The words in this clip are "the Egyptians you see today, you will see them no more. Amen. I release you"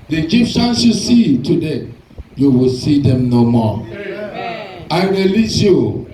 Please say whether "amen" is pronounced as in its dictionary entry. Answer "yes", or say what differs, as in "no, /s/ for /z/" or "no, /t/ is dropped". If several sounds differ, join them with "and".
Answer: no, /m/ is dropped